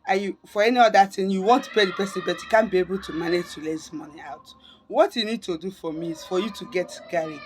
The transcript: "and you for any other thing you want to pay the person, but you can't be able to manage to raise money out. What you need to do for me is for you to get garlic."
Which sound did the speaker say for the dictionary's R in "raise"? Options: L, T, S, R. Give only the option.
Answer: L